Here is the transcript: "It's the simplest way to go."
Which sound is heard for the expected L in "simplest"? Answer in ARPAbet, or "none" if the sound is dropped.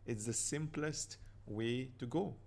L